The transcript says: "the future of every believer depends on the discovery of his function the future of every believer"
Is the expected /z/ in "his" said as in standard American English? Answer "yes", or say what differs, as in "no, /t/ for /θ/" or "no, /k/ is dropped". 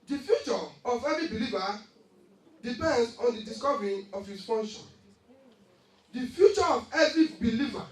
no, /s/ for /z/